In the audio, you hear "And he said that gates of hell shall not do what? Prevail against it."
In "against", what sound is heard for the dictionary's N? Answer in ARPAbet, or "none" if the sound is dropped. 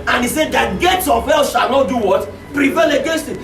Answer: none